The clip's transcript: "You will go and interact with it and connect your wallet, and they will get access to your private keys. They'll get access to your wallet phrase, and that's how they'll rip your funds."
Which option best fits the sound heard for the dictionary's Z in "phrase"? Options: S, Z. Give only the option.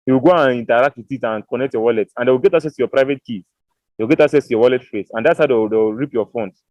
S